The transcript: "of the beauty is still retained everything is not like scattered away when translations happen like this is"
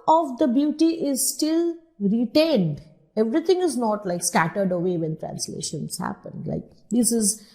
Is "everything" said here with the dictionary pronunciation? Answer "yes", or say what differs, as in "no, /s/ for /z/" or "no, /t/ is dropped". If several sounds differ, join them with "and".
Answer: no, /t/ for /θ/